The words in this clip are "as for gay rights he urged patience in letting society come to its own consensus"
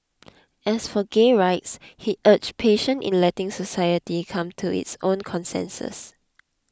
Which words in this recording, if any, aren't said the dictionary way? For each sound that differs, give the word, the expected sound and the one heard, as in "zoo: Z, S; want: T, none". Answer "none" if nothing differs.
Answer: as: Z, S; patience: S, none